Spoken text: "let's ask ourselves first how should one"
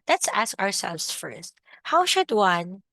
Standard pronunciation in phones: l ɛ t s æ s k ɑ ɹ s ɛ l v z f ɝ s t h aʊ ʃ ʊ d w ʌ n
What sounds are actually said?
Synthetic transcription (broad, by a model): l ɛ t s æ s k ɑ ɹ s ɛ l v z f ɝ s t h aʊ ʃ ʊ d w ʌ n